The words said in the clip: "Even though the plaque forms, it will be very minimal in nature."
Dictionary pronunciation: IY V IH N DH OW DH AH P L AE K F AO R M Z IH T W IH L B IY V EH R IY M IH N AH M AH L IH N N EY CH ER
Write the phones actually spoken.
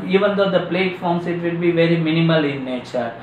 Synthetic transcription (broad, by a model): IY V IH N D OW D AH P L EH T F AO R M S IH T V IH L B IY V EH R IY M IH N AH M AH L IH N N EY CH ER